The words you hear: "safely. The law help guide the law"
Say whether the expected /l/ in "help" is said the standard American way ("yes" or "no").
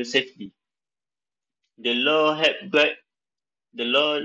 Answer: no